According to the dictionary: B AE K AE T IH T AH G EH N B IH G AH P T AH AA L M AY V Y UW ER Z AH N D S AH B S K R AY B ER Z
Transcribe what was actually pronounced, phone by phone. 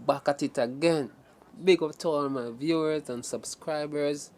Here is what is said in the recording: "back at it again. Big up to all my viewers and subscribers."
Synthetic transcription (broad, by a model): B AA K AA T IH T AH G EH N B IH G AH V T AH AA N M AY V Y UW ER Z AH N S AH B S K R AY B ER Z